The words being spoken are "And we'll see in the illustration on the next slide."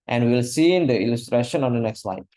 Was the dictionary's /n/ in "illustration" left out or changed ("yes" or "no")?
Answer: no